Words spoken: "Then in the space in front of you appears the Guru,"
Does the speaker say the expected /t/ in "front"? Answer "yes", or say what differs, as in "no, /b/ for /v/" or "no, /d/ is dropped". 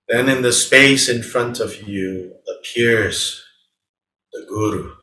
yes